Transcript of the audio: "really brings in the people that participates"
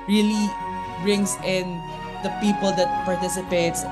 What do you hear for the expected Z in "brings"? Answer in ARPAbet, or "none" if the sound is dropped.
S